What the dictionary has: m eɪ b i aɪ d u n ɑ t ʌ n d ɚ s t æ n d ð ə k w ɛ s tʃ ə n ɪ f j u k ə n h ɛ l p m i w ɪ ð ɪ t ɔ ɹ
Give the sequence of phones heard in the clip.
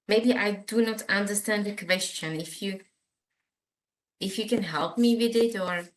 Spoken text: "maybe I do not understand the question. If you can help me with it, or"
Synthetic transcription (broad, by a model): m eɪ b i aɪ d u n ɑ t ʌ n d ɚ s t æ n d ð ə k w ɛ s tʃ ə n ɪ f j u k ə n h ɛ l p m i w ɪ ð ɪ t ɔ ɹ